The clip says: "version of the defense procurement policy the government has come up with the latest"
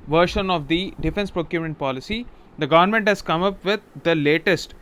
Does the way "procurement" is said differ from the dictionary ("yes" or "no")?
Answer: yes